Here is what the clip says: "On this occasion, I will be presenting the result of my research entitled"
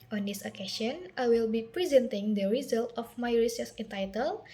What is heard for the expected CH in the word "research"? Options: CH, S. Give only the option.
S